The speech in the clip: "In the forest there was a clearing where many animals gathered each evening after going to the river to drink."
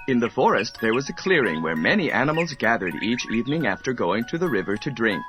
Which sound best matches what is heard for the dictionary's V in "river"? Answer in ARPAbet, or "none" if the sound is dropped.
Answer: V